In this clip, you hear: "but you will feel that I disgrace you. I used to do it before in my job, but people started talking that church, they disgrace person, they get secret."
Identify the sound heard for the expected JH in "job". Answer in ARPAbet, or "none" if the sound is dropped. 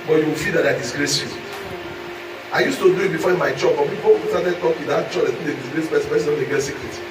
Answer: CH